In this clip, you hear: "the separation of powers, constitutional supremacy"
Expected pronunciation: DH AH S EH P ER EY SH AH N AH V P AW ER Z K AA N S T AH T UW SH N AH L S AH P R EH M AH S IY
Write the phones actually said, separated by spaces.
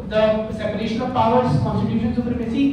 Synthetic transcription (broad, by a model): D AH S EH P ER EY SH AH N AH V P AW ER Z K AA N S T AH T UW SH AH N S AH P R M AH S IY